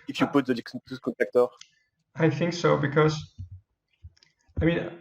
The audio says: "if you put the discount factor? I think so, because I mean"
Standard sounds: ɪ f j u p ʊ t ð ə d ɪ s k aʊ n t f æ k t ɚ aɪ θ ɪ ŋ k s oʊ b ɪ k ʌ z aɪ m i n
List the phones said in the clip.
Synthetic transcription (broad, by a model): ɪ f j u p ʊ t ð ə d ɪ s k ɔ t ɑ k t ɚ aɪ θ ɪ ŋ k s oʊ b ɪ k ʌ z aɪ m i n